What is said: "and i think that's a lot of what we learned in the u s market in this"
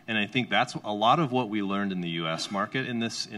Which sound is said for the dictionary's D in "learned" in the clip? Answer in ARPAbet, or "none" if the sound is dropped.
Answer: D